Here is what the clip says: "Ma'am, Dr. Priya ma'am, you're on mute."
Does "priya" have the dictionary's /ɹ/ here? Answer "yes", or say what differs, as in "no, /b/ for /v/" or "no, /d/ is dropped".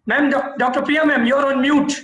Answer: no, /ɹ/ is dropped